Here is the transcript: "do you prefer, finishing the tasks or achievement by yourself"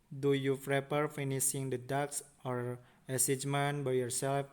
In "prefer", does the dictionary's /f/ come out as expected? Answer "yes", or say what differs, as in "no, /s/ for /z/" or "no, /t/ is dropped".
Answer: no, /p/ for /f/